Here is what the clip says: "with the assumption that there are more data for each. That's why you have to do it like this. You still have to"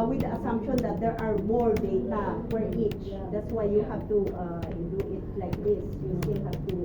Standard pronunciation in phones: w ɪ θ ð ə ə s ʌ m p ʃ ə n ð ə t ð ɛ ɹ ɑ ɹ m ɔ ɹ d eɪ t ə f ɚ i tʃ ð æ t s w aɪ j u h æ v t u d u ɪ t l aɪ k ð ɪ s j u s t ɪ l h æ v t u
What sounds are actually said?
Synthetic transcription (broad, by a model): w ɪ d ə ə s ʌ m p ʃ ə n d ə t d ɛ ɹ ɑ ɹ m ɔ ɹ d eɪ t ə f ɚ i tʃ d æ t s w aɪ j u h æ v t u d u ɪ t l aɪ k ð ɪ s j u s t ɪ l h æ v t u